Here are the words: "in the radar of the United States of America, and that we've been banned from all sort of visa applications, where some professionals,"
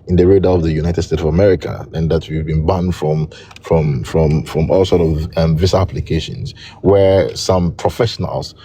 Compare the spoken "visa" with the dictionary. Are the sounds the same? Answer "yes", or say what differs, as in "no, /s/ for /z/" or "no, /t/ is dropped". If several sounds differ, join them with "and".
no, /s/ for /z/